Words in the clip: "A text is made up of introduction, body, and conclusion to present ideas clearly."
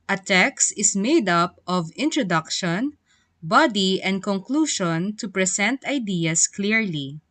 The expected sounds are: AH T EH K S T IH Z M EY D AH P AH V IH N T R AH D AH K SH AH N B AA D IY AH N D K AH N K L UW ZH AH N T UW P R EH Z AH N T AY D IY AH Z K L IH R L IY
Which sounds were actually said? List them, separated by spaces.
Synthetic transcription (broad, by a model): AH T EH K S T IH S M EY D AH P AH V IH N T R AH D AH K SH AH N B AA D IY AH N D K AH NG K L UW SH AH N T UW P R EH S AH N T AY D IY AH S K L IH R L IY